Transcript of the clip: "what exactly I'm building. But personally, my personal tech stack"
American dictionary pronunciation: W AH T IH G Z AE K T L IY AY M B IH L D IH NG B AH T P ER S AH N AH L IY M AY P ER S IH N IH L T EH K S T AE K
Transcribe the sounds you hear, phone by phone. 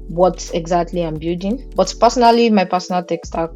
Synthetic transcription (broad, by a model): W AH T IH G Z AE K T L IY AY M B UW D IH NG B AH T P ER S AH N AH L IY M AY P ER S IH N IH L T EH K S T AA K